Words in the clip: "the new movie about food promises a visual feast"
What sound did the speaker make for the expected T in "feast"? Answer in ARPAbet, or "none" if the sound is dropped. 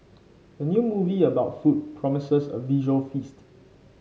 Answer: T